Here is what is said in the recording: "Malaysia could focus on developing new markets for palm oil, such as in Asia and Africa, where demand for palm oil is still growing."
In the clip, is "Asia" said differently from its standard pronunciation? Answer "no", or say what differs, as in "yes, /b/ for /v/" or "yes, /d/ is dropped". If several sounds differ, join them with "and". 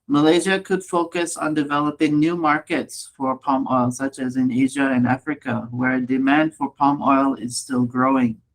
no